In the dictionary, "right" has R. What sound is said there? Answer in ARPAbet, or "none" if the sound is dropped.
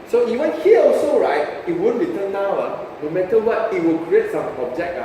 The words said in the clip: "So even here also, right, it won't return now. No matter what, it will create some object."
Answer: R